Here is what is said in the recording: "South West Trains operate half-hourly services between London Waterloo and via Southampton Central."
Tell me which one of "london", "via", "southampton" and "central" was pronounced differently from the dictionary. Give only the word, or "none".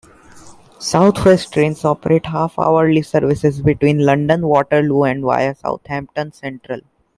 southampton